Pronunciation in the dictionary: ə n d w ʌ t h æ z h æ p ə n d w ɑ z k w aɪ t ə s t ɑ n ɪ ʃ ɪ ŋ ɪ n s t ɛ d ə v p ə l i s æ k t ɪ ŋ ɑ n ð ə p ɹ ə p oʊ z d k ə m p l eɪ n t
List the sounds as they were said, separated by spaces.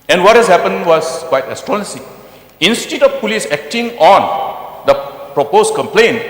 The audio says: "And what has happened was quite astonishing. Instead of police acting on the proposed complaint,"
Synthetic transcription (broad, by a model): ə n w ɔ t h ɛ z h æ p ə n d w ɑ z k w aɪ t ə s t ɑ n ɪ s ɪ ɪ n s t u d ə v p ə l i s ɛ k t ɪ ŋ ɑ n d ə p ɹ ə p oʊ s k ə m p l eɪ n